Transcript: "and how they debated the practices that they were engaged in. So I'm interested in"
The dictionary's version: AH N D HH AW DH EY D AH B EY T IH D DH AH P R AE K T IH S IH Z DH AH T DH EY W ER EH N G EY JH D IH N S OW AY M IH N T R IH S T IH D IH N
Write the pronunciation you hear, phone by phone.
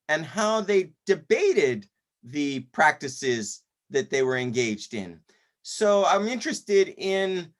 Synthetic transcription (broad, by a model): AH N HH AW DH EY D AH B EY T IH D DH AH P R AE K T IH S IH Z DH AH T DH EY W ER EH N G EY JH D IH N S OW AY M IH N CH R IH S T IH D IH N